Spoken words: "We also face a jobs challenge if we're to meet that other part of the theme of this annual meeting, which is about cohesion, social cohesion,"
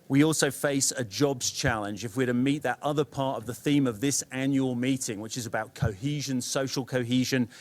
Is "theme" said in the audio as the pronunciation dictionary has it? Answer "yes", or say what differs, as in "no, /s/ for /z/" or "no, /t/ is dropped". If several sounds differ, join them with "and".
yes